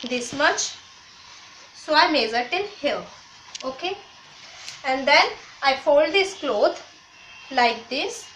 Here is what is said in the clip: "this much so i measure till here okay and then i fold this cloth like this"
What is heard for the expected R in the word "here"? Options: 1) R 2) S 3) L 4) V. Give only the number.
3